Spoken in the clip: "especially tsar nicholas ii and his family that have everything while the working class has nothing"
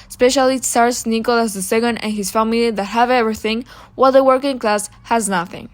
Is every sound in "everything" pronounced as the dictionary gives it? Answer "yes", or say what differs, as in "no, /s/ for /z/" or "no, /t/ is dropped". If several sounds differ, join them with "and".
yes